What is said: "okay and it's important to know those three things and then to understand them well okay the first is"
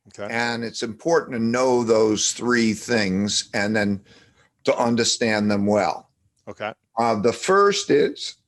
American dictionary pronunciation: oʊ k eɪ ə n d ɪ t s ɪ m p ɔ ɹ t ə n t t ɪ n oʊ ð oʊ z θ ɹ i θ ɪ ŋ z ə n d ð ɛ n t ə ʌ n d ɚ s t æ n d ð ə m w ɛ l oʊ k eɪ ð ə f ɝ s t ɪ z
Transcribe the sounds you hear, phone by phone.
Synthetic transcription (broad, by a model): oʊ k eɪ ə n ɪ t s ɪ m p ɔ ɹ t n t t ɪ n oʊ ð oʊ z θ ɹ i θ ɪ ŋ z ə n ð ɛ n t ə ʌ n d ɚ s t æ n ð ə m w ɛ l oʊ k eɪ ð ə f ɝ s t ɪ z